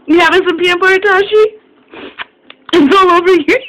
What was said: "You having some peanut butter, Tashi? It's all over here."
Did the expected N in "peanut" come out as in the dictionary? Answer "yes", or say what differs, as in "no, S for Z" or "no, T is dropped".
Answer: no, N is dropped